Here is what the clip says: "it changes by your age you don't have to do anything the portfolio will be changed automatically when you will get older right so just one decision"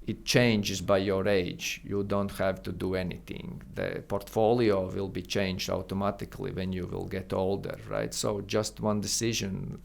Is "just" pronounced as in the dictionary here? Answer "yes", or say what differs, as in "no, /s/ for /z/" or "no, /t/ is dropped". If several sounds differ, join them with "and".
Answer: yes